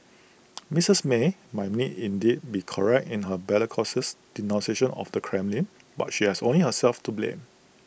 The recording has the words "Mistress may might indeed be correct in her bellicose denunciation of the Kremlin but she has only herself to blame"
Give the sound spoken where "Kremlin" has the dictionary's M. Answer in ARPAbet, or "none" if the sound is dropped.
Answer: M